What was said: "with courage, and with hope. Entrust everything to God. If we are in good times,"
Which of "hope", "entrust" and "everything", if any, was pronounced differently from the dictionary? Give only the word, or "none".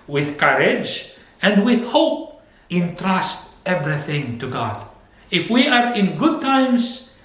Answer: none